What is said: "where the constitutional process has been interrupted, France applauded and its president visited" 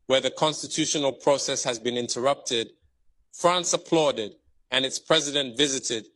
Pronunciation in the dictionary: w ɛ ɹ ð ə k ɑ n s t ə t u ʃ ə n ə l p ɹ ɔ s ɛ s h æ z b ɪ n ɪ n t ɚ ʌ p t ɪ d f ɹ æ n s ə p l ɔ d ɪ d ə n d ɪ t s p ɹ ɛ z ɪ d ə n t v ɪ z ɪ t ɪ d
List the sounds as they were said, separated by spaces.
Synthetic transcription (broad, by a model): w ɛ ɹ ð ə k ɑ n s t ə t u ʃ ə n ə l p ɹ ɔ s ɛ s h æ z b ɪ n ɪ n t ɚ ʌ p t ɪ d f ɹ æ n s ə p l ɔ d ɪ d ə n ɪ t s p ɹ ɛ z ɪ d ə n t v ɪ z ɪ t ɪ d